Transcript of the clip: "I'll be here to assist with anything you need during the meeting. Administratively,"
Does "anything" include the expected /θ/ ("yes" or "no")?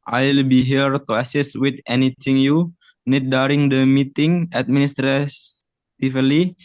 no